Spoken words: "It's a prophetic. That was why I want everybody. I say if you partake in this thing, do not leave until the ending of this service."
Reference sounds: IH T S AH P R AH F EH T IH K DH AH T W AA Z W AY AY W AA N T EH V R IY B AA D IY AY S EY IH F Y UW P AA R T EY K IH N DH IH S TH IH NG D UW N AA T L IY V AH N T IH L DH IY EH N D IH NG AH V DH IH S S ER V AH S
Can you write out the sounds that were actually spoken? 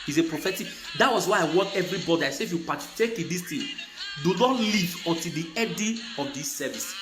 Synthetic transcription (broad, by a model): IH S AH P R AH F EH T IH K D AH T W AA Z W AY AY W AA T EH V R IY B AA D IY AY S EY IH F Y UW P AA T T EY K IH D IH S T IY D UW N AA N L IY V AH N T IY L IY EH D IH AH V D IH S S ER V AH S